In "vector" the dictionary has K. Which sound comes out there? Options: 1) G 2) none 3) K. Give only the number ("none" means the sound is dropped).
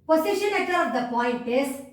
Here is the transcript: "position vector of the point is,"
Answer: 2